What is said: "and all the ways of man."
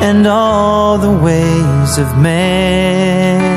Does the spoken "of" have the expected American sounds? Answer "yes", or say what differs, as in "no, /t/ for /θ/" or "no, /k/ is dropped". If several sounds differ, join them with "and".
yes